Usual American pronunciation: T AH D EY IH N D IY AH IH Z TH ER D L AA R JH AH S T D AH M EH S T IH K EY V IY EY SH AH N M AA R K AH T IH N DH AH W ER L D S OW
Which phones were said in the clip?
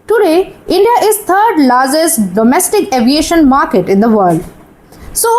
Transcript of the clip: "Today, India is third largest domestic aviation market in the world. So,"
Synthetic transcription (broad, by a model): T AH D EY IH N D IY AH IH Z T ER D L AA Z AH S D AH M EH S T IH K EY V IY EY SH AH N M AA R K AH T IH N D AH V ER L D S OW